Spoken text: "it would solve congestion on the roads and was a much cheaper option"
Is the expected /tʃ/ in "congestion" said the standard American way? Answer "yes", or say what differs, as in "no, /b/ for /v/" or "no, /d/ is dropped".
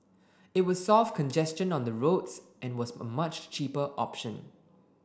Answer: yes